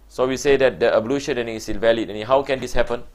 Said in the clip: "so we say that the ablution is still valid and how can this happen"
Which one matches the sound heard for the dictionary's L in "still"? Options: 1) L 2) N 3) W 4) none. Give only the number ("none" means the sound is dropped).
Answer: 2